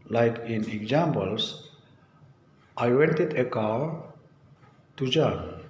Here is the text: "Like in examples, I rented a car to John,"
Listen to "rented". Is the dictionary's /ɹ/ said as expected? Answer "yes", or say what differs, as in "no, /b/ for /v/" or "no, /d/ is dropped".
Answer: no, /w/ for /ɹ/